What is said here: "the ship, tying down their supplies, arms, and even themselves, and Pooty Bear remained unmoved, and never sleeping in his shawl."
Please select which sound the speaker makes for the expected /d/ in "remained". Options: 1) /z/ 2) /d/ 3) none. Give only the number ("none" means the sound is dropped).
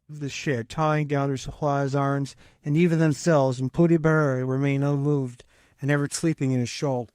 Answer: 3